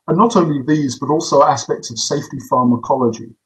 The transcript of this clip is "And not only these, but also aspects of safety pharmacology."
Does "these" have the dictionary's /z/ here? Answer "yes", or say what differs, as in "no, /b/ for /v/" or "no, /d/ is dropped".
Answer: yes